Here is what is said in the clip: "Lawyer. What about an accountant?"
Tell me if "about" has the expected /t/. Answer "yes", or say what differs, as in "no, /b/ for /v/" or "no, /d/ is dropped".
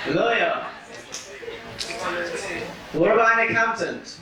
no, /t/ is dropped